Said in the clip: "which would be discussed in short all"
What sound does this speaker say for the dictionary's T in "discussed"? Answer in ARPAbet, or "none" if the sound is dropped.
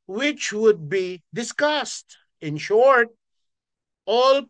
T